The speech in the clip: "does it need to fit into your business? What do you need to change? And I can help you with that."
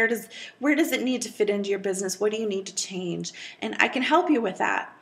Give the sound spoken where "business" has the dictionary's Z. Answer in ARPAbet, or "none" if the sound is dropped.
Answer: Z